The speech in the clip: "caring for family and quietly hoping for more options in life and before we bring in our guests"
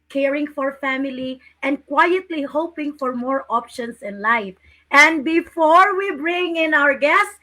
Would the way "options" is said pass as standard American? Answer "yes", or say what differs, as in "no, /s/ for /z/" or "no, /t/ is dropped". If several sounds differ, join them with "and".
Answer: no, /s/ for /z/